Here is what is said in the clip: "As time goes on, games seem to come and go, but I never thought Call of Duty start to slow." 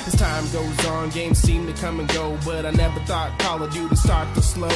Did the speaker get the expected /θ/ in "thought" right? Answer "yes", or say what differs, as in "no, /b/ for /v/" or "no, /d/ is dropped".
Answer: yes